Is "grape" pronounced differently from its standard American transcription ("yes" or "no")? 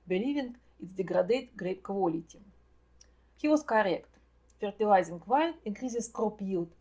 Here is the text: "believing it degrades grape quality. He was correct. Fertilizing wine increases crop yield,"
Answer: no